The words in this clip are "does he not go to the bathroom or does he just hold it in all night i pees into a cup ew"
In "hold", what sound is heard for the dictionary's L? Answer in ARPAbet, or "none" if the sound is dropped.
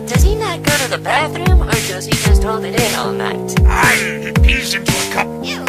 L